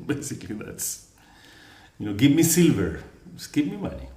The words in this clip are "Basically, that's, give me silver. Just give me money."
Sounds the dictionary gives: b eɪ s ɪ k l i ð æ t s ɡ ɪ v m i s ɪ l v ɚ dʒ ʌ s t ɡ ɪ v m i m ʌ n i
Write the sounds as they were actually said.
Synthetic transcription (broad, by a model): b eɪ s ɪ k l i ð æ t s ɡ ɪ v m i s ɪ l v ɚ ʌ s ɡ ɪ v m i m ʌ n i